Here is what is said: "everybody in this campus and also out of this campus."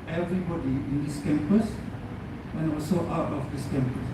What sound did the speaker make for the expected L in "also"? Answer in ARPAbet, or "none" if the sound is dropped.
none